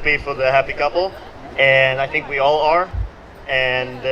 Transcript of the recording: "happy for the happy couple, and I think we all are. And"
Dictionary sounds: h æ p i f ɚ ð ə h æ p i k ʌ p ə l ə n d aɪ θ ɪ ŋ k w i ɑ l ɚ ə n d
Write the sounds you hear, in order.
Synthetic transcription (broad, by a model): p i f ɚ ð ə h æ p i k ʌ p l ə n aɪ θ ɪ ŋ k w i ɑ l ɚ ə n